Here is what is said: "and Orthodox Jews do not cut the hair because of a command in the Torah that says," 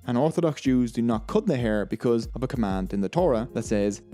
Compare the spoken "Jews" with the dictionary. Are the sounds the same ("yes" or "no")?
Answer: yes